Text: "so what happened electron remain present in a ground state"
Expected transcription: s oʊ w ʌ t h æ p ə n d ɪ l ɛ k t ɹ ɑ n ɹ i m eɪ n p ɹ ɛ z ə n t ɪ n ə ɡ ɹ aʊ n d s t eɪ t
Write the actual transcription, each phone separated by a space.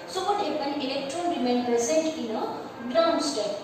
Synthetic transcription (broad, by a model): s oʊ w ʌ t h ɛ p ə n ɪ l ɛ k t ɹ ɑ n ɹ i m eɪ n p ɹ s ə n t ɪ n ə ɡ ɹ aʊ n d s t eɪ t